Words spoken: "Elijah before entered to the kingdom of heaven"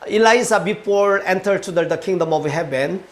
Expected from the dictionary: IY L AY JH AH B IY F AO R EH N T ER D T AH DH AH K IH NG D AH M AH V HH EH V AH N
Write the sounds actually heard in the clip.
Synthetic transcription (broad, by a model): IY L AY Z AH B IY P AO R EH N T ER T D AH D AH K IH NG D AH M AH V HH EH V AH N